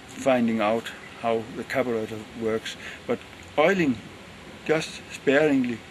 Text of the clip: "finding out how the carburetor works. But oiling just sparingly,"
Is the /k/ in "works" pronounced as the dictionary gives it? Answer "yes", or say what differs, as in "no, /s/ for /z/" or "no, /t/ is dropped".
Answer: yes